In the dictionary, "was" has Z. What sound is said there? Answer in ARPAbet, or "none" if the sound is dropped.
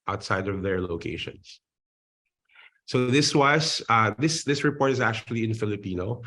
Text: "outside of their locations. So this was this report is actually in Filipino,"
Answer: S